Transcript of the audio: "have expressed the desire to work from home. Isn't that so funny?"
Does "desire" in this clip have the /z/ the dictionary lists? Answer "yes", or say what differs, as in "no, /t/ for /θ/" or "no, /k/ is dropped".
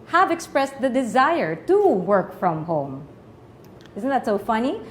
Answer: yes